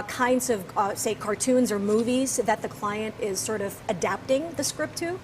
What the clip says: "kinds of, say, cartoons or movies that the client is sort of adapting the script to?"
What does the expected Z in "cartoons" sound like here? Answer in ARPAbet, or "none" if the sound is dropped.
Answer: Z